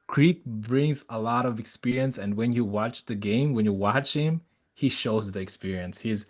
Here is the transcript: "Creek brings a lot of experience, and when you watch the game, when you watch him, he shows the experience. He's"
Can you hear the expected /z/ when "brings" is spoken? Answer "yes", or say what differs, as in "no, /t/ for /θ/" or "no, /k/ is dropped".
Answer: yes